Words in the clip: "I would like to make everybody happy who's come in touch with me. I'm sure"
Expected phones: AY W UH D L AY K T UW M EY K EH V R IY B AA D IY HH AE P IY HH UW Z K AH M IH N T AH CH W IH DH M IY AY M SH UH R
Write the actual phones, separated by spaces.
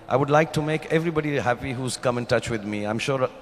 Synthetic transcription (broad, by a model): AY W UH D L AY K T UW M EY K EH V R IY B AA D IY HH AE P IY HH UW Z K AH M IH N T AH CH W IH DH M IY AY M SH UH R